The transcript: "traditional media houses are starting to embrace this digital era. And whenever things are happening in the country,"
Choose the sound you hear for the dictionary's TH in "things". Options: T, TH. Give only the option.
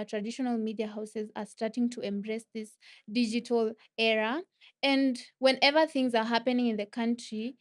TH